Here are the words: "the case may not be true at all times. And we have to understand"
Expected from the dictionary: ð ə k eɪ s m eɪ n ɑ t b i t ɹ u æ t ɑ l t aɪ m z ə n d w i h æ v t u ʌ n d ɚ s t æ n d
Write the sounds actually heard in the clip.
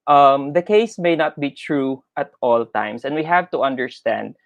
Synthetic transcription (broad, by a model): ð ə k eɪ s m eɪ n ɑ t b i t ɹ u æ t ɑ l t aɪ m s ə n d w i h æ v t u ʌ n d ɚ s t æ n d